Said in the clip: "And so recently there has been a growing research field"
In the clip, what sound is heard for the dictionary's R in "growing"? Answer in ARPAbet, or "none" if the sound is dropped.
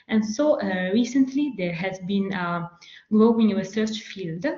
L